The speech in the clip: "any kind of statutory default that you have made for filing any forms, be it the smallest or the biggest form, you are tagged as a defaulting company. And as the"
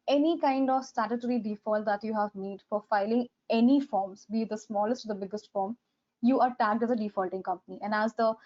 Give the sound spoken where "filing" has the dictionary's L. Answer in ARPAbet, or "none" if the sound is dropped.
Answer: L